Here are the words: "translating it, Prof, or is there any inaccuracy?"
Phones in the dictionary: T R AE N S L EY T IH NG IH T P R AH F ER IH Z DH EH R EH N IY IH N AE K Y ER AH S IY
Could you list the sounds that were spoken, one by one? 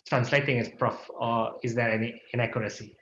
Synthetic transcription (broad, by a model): T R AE N S L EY T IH NG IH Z P R AH F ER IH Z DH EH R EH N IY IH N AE K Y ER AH S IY